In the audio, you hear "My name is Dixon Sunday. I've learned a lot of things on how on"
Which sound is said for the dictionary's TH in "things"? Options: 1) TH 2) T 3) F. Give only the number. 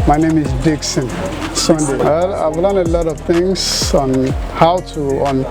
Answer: 2